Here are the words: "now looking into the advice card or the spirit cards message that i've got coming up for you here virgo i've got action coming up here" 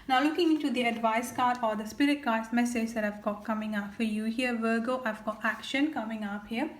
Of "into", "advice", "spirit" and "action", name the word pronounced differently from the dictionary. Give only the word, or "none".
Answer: none